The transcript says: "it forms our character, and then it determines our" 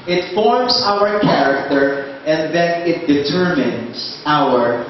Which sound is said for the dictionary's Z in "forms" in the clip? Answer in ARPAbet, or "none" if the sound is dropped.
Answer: S